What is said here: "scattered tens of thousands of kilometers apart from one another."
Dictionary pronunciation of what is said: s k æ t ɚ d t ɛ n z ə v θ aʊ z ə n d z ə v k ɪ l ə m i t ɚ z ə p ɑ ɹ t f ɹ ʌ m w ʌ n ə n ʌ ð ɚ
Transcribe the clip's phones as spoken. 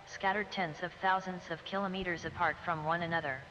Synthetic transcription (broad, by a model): s k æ t ɚ d t ɛ n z ə v θ aʊ z ə n d z ə v k ɪ l ə m i t ɚ z ə p ɑ ɹ t f ɹ ʌ m w ʌ n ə n ʌ ð ɚ